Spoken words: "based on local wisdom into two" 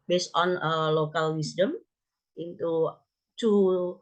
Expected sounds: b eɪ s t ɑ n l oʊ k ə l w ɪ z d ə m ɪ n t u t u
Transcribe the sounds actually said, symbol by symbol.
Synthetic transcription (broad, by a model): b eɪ s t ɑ n l oʊ k ə l w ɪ s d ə m ɪ n t u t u